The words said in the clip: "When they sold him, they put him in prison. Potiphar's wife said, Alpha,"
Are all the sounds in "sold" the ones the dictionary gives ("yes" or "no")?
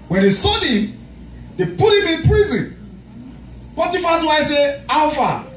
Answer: no